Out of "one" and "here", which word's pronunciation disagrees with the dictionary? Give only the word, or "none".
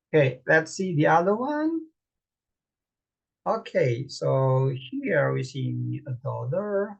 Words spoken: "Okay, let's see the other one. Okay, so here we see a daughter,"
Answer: here